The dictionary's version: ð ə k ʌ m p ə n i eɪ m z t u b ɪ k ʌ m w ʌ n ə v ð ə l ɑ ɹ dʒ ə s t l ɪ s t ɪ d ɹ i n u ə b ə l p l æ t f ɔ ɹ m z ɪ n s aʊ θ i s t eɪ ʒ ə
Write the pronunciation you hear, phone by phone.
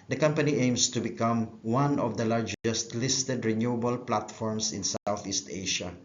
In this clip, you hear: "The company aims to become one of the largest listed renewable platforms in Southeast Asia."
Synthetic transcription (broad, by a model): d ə k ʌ m p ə n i eɪ m s t u b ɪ k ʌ m w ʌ n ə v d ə l ɑ ɹ dʒ ə s t l ɪ s t ɪ d ɹ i n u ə b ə l p l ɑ t f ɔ ɹ m s ɪ n s aʊ θ i s t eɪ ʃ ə